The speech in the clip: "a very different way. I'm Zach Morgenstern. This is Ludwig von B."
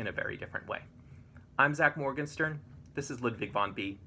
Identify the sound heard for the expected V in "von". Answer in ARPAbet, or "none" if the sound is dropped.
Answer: V